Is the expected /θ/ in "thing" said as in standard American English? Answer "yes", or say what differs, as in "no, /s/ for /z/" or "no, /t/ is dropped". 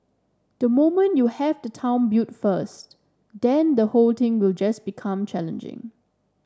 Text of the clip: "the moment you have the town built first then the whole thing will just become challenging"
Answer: no, /t/ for /θ/